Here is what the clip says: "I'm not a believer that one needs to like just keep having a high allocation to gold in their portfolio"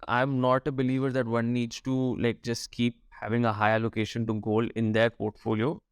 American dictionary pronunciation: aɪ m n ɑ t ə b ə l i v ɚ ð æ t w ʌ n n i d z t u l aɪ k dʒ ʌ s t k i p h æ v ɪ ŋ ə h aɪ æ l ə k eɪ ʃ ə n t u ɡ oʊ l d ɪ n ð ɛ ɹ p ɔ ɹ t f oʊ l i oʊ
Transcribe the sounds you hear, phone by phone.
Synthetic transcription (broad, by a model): aɪ m n ɑ t ə b ə l i v ɚ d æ t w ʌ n n i d z t u l aɪ k dʒ ʌ s t k i p h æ v ɪ ŋ ə h aɪ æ l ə k eɪ ʃ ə n t u ɡ oʊ l ɪ n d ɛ ɹ p ɔ ɹ t f oʊ l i oʊ